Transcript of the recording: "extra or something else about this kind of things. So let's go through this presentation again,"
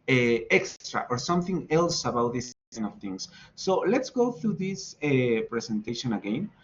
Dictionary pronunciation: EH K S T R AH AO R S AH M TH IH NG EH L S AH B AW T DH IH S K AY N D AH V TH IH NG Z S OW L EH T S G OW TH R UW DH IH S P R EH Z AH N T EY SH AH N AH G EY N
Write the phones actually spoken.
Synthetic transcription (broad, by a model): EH K S T R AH AO R S AH M TH IH NG EH L S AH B AW T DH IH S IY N AH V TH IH NG S OW L EH T S G OW TH R UW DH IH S P R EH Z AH N T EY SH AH N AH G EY N